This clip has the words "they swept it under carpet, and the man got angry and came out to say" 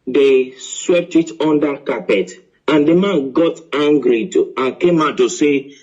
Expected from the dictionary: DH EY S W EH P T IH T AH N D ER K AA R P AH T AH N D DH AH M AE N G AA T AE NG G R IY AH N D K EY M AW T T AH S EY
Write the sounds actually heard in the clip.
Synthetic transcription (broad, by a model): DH EY S W EH P T IH T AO N D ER K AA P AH T AH N D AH M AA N G AA T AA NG G R IY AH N K EY M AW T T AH S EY